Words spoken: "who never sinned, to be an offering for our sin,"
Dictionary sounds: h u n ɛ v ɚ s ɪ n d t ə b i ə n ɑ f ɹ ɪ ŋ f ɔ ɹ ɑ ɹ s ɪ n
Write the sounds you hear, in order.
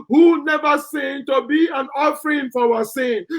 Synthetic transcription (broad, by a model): h u n ɛ v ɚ s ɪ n t ə b i ə n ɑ f ɹ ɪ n f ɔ w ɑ s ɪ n